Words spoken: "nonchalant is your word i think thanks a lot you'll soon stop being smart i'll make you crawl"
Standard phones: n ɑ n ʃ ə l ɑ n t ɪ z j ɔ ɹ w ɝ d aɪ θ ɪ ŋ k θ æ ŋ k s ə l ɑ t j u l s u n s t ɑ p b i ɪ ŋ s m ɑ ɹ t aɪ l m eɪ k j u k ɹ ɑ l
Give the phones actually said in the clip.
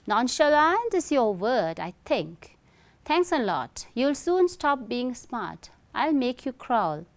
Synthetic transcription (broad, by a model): n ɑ n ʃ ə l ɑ n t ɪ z j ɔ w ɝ d aɪ t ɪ ŋ k t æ ŋ k s ə l ɑ t j u l s u n s t ɑ p b i ɪ ŋ s m ɑ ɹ t aɪ l m eɪ k j u k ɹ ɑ l